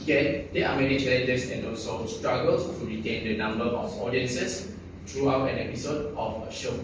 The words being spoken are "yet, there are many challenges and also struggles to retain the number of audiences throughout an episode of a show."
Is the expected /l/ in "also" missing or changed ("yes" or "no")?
yes